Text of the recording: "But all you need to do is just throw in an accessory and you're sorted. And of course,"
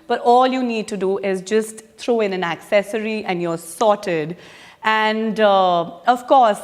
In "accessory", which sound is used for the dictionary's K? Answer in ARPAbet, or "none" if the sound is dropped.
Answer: K